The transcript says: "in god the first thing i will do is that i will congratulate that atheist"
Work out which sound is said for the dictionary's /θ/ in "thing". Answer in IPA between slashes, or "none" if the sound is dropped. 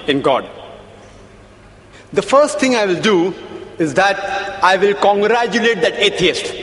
/t/